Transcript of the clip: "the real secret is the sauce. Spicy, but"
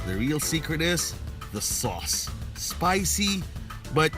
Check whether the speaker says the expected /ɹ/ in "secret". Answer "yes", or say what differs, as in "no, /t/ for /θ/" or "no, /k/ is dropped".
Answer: yes